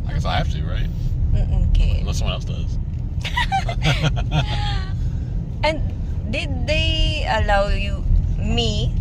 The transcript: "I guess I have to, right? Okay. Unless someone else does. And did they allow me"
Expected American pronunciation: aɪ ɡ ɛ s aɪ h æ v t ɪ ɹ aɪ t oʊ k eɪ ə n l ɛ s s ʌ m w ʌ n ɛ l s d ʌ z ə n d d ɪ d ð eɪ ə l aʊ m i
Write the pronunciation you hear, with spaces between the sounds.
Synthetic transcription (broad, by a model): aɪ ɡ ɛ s aɪ h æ f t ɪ ɹ aɪ t oʊ k eɪ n ɛ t s ʌ m w ʌ n ɛ l s d ʌ z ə n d d ɪ d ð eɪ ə l aʊ m i